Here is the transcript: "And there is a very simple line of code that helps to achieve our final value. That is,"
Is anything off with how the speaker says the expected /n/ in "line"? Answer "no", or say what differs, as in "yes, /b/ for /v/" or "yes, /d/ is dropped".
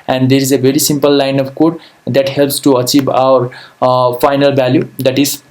no